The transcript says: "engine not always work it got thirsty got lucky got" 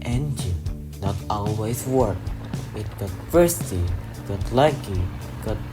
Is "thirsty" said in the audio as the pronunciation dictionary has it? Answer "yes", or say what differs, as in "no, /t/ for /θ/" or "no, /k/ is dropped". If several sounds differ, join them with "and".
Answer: no, /f/ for /θ/